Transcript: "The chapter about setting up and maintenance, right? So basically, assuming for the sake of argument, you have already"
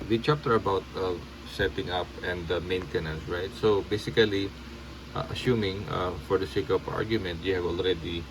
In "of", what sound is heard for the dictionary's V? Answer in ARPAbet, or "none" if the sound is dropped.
P